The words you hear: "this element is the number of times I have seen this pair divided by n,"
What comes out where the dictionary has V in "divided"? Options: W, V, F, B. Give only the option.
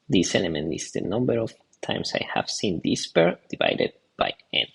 V